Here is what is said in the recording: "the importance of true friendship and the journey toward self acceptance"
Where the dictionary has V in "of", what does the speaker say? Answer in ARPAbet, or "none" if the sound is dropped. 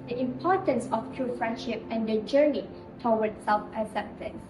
F